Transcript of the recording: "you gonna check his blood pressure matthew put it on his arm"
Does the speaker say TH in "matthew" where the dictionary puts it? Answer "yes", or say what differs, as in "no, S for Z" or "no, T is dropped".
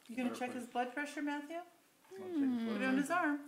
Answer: yes